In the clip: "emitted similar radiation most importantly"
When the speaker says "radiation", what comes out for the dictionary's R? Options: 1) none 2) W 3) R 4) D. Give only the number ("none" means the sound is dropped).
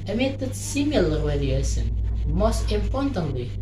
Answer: 2